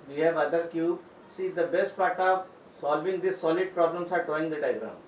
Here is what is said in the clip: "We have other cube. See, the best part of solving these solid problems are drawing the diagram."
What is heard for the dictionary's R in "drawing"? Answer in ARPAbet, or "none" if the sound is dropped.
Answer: none